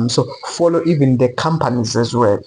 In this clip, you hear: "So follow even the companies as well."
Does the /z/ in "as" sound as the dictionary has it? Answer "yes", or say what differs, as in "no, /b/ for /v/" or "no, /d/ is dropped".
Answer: yes